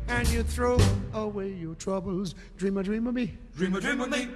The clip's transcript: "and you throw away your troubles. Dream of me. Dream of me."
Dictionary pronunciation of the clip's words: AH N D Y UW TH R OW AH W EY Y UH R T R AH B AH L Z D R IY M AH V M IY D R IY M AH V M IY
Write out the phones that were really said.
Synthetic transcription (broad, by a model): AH N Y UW TH R OW AH W EY Y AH R T R AH B AH L Z D R IY M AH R M IY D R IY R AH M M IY